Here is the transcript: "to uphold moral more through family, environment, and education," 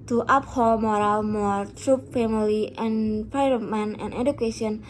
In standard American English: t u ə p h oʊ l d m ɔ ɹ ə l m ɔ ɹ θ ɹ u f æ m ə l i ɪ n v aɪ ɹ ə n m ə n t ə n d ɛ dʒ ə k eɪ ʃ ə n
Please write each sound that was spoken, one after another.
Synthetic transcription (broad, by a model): t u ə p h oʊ l m ɔ ɹ ə l m ɔ ɹ t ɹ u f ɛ m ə l i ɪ n p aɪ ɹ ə m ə n ə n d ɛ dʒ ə k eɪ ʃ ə n